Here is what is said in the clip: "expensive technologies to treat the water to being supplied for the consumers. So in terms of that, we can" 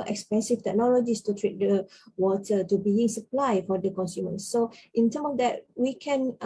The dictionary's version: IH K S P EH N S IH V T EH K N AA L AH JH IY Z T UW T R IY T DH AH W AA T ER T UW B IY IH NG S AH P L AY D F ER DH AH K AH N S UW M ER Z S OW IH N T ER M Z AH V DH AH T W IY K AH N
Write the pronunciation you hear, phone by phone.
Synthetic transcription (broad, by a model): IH K S P EH N S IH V T EH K N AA L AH JH IY S T UW T R IY T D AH W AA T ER T UW B IY IH NG S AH P L AY F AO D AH K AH N S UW M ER S OW IH N T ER M AH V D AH T W IY K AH N